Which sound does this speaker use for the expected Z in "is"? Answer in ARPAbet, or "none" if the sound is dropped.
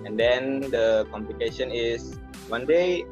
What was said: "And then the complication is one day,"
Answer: S